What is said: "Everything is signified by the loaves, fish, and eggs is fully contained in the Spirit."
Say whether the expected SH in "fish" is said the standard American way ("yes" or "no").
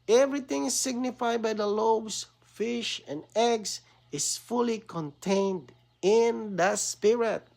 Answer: yes